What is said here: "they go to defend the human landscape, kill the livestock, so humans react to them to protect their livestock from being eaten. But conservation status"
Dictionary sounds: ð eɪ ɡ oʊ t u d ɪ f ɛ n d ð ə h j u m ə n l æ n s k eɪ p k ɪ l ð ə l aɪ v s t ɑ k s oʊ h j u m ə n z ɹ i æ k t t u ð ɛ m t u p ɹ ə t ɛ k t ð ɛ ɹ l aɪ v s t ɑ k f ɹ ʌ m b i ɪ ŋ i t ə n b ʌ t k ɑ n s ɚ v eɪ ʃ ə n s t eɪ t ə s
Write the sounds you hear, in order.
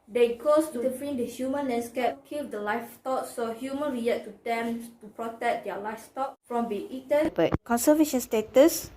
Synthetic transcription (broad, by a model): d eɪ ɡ oʊ t u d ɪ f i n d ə h j u m ə n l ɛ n s k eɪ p k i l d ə l aɪ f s t ɑ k s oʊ h j u m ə n ɹ i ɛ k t t u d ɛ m t u p ɹ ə t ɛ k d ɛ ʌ l aɪ f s t ɑ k f ɹ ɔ m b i i t ə n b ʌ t k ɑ n s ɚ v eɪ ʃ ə n s t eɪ t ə s